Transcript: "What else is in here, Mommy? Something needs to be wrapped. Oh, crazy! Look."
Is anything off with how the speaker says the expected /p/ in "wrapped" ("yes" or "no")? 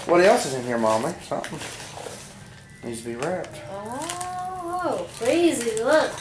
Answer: yes